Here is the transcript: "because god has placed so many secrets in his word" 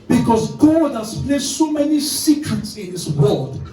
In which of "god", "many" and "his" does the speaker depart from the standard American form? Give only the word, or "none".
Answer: his